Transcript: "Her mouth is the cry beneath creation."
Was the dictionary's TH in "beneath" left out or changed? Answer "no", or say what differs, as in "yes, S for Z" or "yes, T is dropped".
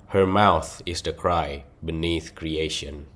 no